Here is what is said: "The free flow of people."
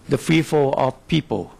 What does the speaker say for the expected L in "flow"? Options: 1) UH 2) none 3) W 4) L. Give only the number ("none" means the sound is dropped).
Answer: 2